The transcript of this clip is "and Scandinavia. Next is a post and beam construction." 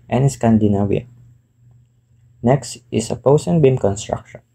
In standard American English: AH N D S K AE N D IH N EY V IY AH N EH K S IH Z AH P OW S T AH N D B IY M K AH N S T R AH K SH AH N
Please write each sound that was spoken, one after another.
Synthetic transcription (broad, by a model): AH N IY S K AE N D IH N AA W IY N EH K S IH S AH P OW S AH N B IY M K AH N S T R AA K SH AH N